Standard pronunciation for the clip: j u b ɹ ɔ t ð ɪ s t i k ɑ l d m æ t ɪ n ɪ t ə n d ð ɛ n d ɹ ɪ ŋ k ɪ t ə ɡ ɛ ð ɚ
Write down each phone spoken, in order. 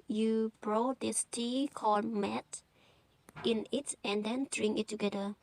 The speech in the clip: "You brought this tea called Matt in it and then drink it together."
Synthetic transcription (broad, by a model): j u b ɹ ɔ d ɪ s t i k ɑ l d m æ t ɪ n ɪ t ə n d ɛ n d ɹ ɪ ŋ ɪ t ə ɡ ɛ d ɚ